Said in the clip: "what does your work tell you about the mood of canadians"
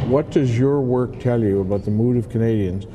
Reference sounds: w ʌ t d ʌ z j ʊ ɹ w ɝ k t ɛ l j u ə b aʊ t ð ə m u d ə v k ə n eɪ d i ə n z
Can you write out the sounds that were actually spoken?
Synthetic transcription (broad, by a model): w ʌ t d ʌ z j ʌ ɹ w ɝ k t ɛ l j u ə b aʊ t ð ə m u d ə v k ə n eɪ d i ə n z